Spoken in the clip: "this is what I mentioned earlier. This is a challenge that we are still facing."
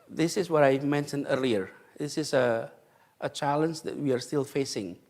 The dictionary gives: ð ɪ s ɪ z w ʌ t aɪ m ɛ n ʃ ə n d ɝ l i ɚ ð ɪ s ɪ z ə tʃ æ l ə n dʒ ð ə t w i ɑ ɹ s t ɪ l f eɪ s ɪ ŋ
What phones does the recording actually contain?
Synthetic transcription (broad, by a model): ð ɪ s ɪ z w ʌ t aɪ m ɛ n ʃ ə n d ɝ l i ɚ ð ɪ s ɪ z ə tʃ æ l ə n dʒ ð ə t w i ɑ ɹ s t ɪ l f eɪ s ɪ ŋ